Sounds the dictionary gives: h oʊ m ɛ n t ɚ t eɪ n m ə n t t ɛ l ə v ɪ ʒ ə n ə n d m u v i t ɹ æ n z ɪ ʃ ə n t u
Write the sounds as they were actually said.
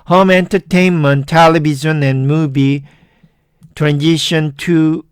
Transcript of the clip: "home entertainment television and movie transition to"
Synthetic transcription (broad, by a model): h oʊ m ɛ n t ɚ t eɪ n m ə n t t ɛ l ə b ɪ z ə n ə n m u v i t ɹ æ n z ɪ ʃ ə n t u